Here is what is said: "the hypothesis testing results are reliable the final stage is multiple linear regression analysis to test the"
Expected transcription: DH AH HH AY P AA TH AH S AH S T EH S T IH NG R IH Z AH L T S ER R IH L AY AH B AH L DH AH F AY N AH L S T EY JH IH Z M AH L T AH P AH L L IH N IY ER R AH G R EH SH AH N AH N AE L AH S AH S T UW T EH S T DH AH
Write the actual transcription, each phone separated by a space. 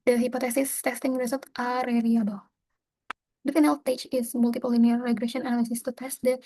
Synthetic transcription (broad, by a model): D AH HH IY P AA T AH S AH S T EH S T IH NG R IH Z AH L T AA R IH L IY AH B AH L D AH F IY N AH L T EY CH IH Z M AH L T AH P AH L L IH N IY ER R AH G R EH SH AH N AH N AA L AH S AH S T UW T EH S T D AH